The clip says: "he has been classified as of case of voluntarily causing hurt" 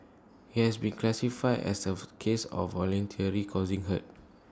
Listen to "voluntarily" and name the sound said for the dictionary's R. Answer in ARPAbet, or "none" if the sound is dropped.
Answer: none